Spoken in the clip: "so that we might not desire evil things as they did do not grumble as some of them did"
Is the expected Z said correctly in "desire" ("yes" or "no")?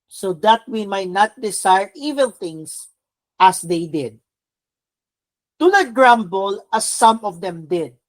no